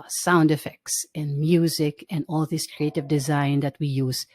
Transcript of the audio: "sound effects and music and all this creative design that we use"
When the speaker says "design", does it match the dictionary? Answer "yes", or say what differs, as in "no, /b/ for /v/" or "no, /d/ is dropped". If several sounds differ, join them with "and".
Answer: yes